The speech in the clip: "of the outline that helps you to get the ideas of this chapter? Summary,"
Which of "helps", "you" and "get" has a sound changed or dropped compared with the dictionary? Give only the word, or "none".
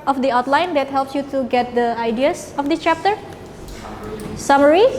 none